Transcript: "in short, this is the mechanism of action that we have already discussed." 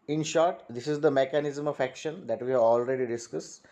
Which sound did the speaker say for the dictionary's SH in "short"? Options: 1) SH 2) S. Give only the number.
1